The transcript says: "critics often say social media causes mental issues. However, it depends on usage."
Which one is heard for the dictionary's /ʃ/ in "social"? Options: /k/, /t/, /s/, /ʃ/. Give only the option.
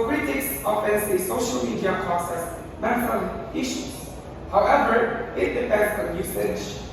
/ʃ/